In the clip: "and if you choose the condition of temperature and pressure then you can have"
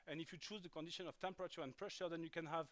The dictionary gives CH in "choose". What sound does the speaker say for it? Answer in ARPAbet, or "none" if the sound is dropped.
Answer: CH